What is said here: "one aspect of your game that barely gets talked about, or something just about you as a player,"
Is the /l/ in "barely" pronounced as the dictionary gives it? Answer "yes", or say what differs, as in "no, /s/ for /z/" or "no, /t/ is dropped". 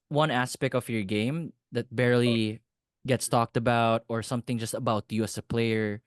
yes